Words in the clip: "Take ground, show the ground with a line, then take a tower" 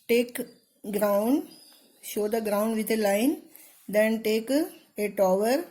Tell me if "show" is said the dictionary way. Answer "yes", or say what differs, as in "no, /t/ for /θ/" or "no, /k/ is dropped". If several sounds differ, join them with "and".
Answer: yes